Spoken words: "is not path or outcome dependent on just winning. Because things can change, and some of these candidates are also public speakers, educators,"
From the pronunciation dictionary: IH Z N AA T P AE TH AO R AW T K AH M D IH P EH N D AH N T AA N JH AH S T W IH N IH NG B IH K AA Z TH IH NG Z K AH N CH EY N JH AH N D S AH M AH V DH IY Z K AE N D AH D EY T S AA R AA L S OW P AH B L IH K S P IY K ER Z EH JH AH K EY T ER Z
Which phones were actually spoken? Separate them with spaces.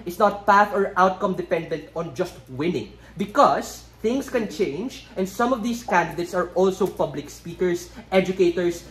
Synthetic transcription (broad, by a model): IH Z N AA T P AE TH AO R AW T K AH M D IH P EH N D AH N T AA N JH AH S T W IH N IH NG B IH K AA S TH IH NG S K AH N CH EY N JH AH N D S AH M AH V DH IY S K AE N D AH D EY T S AA R AA L S OW P AH B L IH K S P IY K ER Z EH JH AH K EY T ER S